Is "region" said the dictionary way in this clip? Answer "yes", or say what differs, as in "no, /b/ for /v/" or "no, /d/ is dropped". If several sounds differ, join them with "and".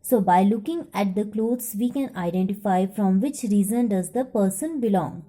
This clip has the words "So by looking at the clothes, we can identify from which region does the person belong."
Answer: no, /z/ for /dʒ/